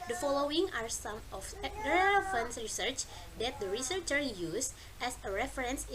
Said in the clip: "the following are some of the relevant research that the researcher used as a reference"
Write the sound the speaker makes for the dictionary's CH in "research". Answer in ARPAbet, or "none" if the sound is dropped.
CH